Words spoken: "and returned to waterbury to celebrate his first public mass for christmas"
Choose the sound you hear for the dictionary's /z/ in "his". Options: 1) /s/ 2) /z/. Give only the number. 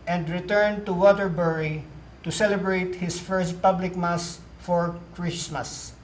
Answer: 1